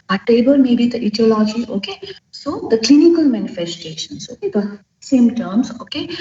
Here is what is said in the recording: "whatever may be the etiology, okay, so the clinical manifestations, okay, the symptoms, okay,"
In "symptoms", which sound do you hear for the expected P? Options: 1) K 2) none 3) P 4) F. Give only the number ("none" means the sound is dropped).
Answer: 2